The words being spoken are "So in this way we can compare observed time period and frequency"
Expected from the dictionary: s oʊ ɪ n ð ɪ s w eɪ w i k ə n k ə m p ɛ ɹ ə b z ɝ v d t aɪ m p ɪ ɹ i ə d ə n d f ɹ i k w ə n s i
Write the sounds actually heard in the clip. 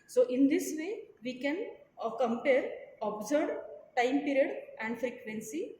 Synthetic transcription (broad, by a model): s oʊ ɪ n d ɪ s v eɪ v i k ə n k ə m p ɛ ɹ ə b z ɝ d t aɪ m p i ɹ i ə d ə n d f ɹ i k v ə n s i